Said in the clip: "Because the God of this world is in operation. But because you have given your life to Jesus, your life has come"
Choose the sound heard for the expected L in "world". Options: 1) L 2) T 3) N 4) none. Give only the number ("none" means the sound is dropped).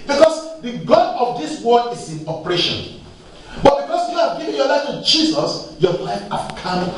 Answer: 4